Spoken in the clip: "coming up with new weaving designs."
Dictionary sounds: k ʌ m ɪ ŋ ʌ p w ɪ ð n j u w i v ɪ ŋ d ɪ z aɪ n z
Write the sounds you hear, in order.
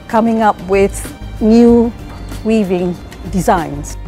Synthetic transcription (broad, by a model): k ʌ m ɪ ŋ ʌ p w ɪ ð n j u w i v ɪ ŋ d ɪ z aɪ n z